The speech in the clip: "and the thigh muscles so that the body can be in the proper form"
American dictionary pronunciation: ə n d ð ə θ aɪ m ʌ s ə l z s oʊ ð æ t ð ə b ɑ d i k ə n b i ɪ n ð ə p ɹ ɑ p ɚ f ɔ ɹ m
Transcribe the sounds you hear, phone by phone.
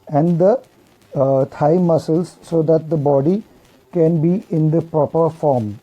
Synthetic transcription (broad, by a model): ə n d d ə t aɪ m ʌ s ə l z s oʊ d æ t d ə b ɑ d i k ə n b i ɪ n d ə p ɹ ɑ p ɚ f ɔ ɹ m